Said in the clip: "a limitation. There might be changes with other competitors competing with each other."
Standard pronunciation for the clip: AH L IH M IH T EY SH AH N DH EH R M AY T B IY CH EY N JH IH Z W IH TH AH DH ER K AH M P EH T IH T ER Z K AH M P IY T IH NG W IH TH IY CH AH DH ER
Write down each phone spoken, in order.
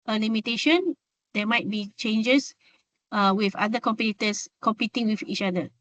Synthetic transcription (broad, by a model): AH L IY M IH T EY SH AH N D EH M AY T B IY CH EY N JH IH S W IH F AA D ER K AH M P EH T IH T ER S K AH M P IY T IH NG W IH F IY CH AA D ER